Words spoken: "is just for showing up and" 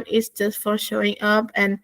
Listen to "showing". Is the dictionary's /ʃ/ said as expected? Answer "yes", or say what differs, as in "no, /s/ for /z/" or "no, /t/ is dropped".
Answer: yes